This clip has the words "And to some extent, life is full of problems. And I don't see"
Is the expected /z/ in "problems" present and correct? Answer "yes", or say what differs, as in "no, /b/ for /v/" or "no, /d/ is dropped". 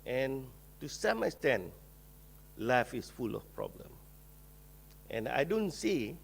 no, /z/ is dropped